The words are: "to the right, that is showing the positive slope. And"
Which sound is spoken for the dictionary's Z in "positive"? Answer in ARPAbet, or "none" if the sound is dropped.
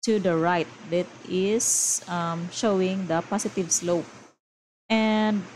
S